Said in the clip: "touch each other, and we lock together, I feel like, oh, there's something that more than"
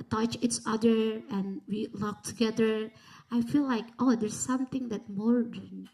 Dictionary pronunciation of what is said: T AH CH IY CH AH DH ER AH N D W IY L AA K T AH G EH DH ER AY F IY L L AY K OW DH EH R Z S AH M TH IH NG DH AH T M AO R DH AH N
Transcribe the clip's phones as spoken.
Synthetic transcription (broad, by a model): T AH CH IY S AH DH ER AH N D W IY L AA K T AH G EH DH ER AY F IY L L AY K OW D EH R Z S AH M T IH NG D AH T M AO R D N